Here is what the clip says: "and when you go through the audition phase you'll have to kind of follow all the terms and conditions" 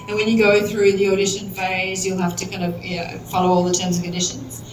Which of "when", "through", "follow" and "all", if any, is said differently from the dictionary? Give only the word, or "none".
none